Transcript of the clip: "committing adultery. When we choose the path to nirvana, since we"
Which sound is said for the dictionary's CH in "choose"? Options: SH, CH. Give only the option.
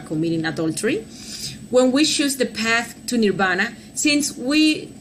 SH